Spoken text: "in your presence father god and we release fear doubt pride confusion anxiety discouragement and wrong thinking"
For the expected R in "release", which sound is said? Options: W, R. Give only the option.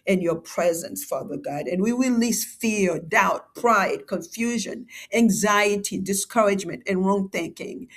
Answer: W